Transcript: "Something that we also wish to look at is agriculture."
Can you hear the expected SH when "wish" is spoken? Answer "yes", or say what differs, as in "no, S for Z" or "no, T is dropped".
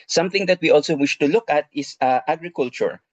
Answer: yes